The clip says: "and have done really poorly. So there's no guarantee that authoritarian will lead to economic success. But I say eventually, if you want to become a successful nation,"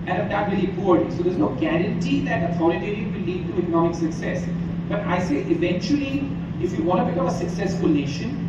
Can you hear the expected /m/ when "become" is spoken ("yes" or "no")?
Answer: no